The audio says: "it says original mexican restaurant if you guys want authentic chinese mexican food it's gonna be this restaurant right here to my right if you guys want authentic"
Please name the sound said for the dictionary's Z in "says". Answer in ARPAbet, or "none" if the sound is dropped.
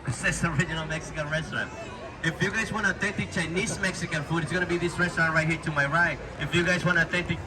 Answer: S